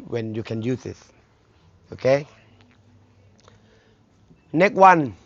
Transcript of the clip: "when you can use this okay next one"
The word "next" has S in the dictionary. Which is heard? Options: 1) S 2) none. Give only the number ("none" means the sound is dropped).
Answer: 2